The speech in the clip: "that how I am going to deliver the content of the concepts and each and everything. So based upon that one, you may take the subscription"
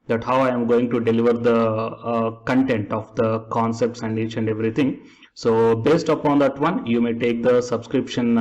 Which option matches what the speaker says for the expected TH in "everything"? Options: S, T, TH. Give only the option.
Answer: T